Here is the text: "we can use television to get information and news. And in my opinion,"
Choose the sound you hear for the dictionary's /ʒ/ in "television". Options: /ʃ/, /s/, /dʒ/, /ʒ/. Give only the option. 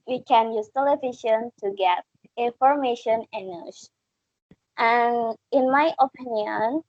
/ʃ/